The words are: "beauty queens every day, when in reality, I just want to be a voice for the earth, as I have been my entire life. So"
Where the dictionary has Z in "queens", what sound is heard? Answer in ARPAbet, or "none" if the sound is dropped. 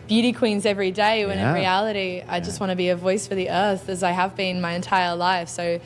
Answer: Z